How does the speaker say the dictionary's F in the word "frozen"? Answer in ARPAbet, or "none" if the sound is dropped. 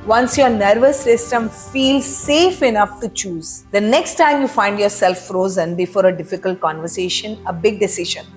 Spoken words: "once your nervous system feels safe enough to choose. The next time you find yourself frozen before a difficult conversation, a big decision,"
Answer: F